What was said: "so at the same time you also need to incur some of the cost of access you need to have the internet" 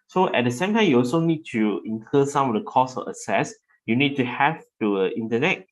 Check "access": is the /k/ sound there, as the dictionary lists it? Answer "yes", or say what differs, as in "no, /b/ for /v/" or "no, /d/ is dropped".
no, /k/ is dropped